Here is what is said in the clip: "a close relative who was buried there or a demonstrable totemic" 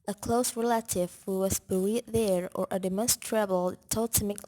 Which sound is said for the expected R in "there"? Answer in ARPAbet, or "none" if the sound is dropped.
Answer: R